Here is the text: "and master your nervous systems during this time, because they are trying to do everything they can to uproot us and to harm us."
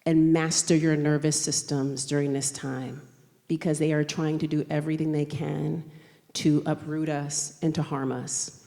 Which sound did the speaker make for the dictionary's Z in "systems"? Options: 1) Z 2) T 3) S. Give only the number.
1